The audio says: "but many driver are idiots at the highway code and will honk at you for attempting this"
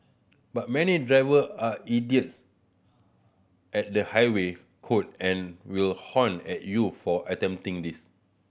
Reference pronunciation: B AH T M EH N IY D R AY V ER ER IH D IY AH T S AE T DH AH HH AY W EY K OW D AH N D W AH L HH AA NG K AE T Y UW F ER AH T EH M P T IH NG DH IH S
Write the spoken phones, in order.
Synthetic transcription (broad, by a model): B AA T M EH N IY D R AY V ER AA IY D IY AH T S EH T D AH HH AY W EY K OW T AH N W AH L HH AA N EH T Y UW F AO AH T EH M T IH NG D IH S